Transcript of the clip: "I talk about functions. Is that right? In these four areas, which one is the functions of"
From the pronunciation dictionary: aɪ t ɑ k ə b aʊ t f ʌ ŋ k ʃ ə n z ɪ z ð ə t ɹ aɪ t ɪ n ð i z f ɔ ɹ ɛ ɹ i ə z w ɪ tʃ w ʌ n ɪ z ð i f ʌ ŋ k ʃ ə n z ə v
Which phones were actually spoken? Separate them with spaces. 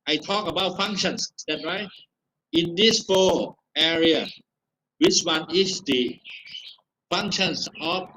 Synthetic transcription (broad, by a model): aɪ t ɑ k ə b aʊ t f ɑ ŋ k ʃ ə n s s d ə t ɹ aɪ t ɪ n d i s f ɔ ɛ ɹ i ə w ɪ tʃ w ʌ n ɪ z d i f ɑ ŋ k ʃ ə n s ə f